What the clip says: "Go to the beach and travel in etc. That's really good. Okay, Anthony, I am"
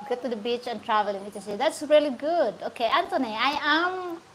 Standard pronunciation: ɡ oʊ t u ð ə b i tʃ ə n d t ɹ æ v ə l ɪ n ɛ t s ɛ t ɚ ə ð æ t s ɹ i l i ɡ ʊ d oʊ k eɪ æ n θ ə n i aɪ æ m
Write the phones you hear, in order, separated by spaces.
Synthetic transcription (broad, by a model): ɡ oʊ t u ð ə b i tʃ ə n t ɹ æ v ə l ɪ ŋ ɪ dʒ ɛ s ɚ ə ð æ t s ɹ i l i ɡ ʊ d oʊ k eɪ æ n t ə n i aɪ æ m